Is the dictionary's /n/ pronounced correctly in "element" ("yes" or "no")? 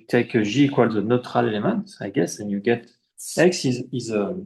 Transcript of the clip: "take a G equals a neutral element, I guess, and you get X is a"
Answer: no